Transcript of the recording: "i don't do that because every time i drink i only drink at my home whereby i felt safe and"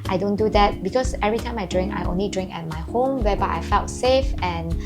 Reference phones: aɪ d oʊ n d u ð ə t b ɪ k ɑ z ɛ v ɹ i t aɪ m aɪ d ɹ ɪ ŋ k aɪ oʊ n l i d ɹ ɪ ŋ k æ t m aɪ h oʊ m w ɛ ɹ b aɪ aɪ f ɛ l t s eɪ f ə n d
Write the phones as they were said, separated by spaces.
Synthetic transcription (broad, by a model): aɪ d oʊ n d u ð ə t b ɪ k ɑ s ɛ v ɹ i t aɪ m aɪ d ɹ ɪ ŋ k aɪ oʊ n l i d ɹ ɪ ŋ k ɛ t m aɪ h oʊ m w ɛ b aɪ aɪ f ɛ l t s eɪ f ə n